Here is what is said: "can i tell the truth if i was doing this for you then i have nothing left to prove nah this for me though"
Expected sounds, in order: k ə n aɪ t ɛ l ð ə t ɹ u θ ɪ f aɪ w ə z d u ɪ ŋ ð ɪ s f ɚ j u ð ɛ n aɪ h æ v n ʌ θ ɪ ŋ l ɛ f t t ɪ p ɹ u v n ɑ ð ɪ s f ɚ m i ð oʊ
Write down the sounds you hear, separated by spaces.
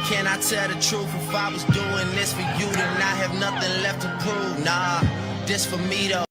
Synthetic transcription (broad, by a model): k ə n aɪ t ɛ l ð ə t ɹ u f ɪ f aɪ w ə z d u ɪ ŋ ð ɪ s f ɚ j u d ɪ n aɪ h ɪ v n ʌ θ ɪ ŋ l ɛ f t t ɪ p u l n ɑ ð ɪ s f ɚ m i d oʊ